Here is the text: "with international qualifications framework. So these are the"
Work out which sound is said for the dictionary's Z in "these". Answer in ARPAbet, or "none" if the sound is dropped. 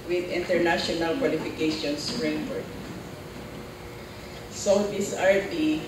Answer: S